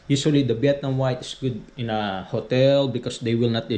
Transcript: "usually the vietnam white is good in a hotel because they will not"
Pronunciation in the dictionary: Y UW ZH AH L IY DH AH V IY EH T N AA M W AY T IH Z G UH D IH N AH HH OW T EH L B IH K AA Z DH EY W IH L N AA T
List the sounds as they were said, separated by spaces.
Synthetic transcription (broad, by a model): Y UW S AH L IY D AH B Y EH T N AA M W AY T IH S G UH D IH N AH HH OW T EH L B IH K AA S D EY W IH L N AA T